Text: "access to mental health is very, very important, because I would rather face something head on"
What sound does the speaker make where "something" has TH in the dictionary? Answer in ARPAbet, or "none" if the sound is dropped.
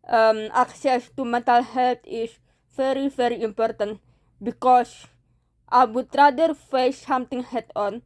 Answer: T